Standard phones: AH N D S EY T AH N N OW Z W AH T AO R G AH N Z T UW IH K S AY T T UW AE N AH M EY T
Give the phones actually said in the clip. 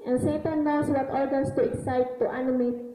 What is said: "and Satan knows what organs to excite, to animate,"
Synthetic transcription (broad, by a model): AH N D S EY T AH N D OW S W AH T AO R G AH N S T UW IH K S AY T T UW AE N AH M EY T